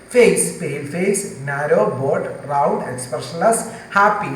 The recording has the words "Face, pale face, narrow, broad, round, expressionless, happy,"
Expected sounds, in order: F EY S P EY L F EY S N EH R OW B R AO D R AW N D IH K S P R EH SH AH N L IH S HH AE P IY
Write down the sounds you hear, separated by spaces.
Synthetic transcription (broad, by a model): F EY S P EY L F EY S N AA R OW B AO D R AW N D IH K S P R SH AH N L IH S HH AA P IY